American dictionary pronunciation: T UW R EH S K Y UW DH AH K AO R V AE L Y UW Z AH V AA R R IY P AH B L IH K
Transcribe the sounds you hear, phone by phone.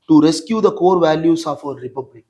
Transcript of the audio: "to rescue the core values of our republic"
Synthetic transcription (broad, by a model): T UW R EH S K Y UW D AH K AO R V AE L Y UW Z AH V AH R R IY P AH B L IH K